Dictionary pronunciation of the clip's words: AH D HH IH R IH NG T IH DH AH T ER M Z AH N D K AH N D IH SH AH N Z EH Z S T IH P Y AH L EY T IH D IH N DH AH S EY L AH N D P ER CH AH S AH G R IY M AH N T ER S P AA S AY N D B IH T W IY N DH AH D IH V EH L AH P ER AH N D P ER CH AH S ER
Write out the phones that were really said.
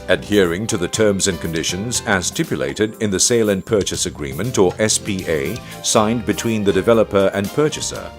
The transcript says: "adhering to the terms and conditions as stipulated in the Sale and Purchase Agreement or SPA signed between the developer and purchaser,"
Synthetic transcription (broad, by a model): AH D HH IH R IH NG T IH DH AH T ER M Z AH N K AH N D IH SH AH N Z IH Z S T IH P Y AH L EY T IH D IH N DH AH S EY L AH N P ER CH AH S AH G R IY M AH N T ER S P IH S AY N B IH T W IY N DH AH D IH V EH L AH P ER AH N P ER CH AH S ER